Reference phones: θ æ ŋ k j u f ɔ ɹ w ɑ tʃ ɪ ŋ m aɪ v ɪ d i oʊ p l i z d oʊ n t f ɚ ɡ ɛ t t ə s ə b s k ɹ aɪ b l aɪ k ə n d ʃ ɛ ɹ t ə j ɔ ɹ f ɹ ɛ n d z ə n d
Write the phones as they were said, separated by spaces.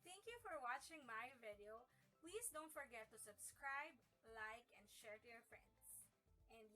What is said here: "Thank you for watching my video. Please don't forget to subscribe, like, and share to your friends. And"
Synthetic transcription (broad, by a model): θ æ ŋ k j u f ɔ ɹ w ɑ tʃ ɪ ŋ m aɪ v ɪ d i oʊ p l i s d oʊ n t f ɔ ɡ ɛ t t ə s ə b s k ɹ aɪ b l aɪ k ə n d ʃ ɛ ɹ t ə j ɔ ɹ f ɹ ɛ n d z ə n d